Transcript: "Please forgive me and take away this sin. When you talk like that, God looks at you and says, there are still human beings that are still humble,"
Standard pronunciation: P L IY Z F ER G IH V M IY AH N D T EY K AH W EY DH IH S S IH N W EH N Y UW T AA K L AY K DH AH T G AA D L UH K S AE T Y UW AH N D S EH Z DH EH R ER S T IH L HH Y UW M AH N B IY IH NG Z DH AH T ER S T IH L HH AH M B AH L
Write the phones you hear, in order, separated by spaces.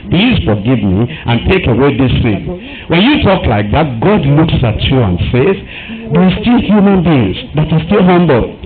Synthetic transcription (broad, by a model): P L IY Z F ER G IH V M IY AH N T EY K AH W EY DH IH S TH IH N W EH N Y UW T AA K L AY K DH AH T G AA D L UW K S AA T Y UW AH N S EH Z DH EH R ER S T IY L HH Y UW M AH N B IY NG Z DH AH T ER S T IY L HH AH M B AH L